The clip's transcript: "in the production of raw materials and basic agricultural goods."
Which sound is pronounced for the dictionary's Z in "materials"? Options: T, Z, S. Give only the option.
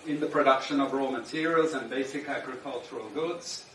Z